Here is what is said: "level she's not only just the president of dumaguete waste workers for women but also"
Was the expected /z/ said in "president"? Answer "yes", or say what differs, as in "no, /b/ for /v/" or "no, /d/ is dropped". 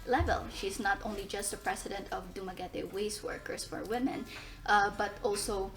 no, /s/ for /z/